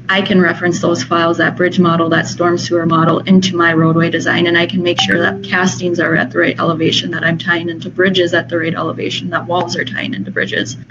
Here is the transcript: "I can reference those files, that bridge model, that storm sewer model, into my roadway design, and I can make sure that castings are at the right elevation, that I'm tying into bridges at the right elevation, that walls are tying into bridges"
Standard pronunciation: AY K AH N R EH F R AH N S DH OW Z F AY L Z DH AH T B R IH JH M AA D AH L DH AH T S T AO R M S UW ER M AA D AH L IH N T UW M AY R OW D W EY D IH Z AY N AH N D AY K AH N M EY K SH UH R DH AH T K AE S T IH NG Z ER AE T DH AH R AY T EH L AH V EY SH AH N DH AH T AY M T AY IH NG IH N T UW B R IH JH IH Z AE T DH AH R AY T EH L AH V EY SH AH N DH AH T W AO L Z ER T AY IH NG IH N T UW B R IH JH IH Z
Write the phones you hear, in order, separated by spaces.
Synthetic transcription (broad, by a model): AY K AH N R EH F R AH N S DH OW Z F AY L Z DH AH T B R IH JH M AA D L DH AH T S T AO R M S UW ER M AA D L IH N T UW M AY R OW D W EY D IH Z AY N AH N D AY K AH N M EY K SH UH R DH AH T K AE S T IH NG Z ER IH T DH AH R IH T EH L AH V EY SH AH N DH AH T AY M T AY IH NG IH N T UW B R IH JH IH Z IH T DH AH R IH T EH L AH V EY SH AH N DH AH T W AO L Z ER T AY IH NG IH N T UW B R IH JH IH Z